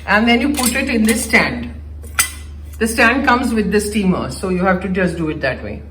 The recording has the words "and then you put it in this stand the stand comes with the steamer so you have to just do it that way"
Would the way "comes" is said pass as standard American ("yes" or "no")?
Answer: yes